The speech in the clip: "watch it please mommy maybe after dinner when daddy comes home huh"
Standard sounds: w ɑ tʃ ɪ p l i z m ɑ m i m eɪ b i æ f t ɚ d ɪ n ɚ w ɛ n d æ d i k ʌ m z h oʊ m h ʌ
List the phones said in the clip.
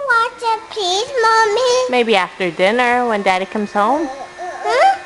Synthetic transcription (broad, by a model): w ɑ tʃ ɪ p i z m ɑ m i m eɪ b i æ f t ɚ d ɪ n ɚ w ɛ n d æ d i k ʌ m z h oʊ m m